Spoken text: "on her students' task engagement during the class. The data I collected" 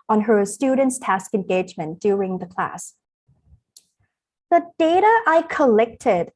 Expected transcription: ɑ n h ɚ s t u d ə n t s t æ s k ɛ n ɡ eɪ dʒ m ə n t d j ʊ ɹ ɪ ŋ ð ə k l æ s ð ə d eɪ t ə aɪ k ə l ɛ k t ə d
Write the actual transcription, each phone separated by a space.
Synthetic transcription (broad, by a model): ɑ n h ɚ s t u d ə n t s t æ s k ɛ n ɡ eɪ dʒ m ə n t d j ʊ ɹ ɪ ŋ ð ə k l æ s ð ə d eɪ t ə aɪ k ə l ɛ k t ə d